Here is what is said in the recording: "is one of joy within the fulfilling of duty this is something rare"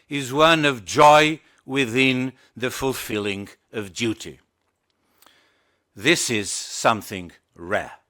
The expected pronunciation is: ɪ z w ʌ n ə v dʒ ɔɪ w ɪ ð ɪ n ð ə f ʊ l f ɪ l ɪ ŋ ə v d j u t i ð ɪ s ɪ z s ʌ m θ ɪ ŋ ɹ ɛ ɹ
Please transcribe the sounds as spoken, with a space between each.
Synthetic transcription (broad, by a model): ɪ z w ʌ n ə v dʒ ɔɪ w ɪ ð ɪ n ð ə f ʊ l f ɪ l ɪ ŋ ə v d j u t i ð ɪ s ɪ z s ʌ m θ ɪ ŋ ɹ ɛ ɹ